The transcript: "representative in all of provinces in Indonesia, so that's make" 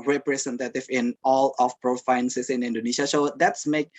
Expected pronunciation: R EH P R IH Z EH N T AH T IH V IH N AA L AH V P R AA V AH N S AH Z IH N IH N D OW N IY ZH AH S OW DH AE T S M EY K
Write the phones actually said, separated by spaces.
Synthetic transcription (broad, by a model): R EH P R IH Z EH N T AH T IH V IH N AA L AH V P R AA F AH N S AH S IH N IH N D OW N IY SH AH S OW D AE T S M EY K